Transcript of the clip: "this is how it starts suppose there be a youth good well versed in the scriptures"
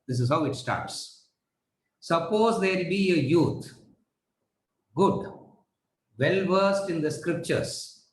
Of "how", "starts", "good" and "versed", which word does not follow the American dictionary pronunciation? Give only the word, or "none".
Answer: none